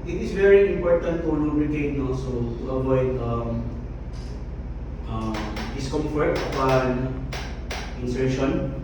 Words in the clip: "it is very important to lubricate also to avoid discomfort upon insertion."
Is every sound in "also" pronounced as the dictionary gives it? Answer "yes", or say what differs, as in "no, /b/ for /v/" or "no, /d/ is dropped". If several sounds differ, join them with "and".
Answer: no, /l/ is dropped